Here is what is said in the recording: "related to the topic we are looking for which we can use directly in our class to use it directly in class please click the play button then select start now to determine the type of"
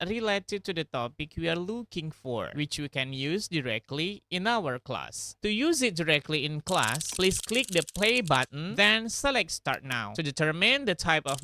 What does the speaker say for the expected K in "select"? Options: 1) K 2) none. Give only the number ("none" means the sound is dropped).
1